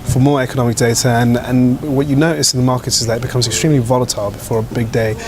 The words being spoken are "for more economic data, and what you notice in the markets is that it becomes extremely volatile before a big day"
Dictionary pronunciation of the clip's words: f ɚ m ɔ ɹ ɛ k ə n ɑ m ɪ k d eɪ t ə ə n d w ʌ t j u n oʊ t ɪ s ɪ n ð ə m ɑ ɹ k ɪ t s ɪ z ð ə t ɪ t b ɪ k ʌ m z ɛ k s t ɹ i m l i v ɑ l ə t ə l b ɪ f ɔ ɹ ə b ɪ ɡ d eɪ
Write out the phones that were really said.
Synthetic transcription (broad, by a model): f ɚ m ɔ ɹ ɛ k ə n ɑ m ɪ k d eɪ t ə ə n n w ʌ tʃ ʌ n oʊ t ɪ s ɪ n ð ə m ɑ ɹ k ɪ t s ɪ z ð ə t ɪ t b ɪ k ʌ m z ɛ k s t ɹ i m l i v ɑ l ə t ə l b ɪ f ɔ ɹ ə b ɪ ɡ d eɪ